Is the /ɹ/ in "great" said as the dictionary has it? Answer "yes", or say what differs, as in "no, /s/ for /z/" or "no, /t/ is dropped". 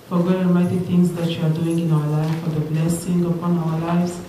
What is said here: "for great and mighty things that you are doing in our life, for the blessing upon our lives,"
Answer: no, /ɹ/ is dropped